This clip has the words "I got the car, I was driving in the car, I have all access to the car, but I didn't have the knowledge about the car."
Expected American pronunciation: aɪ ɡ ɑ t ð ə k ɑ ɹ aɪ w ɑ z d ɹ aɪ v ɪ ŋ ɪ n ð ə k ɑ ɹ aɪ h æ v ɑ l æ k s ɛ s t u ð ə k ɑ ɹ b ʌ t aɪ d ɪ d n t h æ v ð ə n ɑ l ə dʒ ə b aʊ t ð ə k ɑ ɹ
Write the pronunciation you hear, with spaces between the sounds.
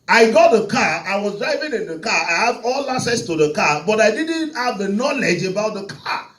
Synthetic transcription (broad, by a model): aɪ ɡ ɑ t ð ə k ɑ aɪ w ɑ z d ɹ aɪ v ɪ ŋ ɪ n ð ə k ɑ aɪ h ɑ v ɑ l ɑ s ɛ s t u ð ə k ɑ b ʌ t aɪ d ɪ d n t h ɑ v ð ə n ɑ l ə dʒ ə b aʊ t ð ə k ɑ